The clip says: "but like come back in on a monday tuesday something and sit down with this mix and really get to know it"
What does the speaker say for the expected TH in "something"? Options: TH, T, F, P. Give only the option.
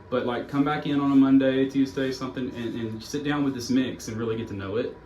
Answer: TH